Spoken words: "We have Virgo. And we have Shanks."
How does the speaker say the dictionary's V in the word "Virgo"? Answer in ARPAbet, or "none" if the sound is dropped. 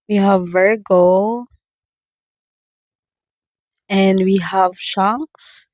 V